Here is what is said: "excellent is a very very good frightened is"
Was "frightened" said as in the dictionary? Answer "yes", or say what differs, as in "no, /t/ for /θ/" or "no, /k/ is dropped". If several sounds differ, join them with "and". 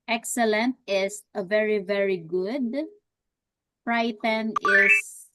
no, /d/ is dropped